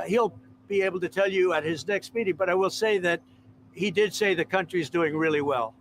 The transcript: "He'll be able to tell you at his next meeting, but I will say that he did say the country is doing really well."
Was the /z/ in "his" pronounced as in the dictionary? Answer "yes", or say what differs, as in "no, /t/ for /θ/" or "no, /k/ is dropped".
yes